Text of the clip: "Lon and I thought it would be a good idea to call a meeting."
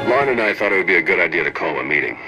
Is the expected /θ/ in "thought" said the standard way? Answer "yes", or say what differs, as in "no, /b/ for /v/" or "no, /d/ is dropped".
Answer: yes